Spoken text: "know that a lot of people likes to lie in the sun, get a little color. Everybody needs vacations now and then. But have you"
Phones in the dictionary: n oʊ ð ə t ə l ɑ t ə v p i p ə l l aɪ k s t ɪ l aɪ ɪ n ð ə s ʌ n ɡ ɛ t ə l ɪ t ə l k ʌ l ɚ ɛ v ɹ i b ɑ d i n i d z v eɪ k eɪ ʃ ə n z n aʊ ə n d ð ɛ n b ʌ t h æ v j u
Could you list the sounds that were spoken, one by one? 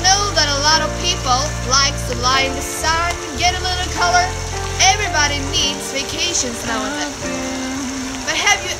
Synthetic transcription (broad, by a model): n oʊ ð ə t ə l ɑ t ə v p i p l l aɪ k t ɪ l aɪ ɪ n ð ə s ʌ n ɡ ɛ t ə l ɪ t l k ʌ l ɚ ɛ v ɹ i b ɑ d i n i d z v eɪ k eɪ ʃ ə n z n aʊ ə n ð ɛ b ʌ t h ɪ v j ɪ